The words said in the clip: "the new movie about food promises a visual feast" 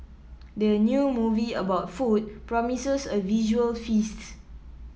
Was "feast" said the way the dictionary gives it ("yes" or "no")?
yes